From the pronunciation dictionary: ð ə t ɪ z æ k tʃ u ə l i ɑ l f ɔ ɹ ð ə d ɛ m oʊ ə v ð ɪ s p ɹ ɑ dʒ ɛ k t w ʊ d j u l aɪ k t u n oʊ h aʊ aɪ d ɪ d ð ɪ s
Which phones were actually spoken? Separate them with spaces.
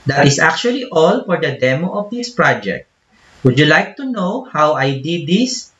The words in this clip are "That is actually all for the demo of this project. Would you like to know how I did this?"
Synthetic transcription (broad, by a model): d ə t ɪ s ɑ k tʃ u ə l i ɑ l f ɔ ɹ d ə d ɛ m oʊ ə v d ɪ s p ɹ ɑ dʒ ɛ k t w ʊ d j u l aɪ k t u n oʊ h aʊ aɪ d ɪ d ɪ s